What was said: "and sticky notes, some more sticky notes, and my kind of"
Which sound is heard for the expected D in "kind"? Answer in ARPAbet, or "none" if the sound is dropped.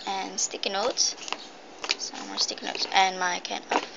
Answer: none